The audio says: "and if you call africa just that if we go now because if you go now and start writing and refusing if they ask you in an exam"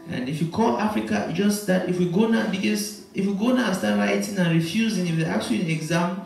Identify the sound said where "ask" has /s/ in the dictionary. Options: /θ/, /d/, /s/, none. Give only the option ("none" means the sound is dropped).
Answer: none